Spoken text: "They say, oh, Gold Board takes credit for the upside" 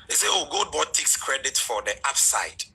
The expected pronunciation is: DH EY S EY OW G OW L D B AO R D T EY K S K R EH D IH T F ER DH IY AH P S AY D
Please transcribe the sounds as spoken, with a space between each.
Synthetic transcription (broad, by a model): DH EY S EY OW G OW D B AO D T EY K S K R EH D IH T F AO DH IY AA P S AY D